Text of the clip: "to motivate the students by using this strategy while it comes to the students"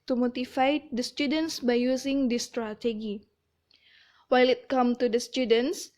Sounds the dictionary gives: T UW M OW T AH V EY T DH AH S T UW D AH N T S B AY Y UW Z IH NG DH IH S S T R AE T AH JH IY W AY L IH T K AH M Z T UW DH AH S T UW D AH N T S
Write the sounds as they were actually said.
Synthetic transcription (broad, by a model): T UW M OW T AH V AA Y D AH S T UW D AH N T S B AY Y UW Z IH NG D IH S S T R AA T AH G IY W AY L IH T K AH M T UW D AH S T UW D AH N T S